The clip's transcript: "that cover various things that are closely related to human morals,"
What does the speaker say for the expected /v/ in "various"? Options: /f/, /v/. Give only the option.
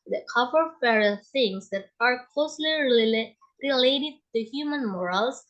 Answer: /f/